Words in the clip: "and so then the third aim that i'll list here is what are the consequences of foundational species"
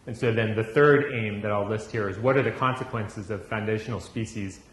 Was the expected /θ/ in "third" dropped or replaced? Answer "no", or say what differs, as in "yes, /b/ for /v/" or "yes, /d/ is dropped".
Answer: no